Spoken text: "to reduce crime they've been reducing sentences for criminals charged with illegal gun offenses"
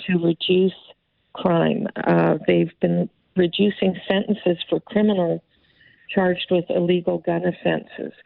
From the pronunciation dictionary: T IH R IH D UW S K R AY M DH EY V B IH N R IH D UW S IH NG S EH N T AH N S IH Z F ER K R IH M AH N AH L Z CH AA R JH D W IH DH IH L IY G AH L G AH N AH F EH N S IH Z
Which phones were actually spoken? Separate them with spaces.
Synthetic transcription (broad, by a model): T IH R IH D UW S K R AY M DH EY V B IH N R IH D UW S IH NG S EH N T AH N S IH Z F ER K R IH M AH N L CH AA R JH D W IH DH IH L IY G L G AH N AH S EH N S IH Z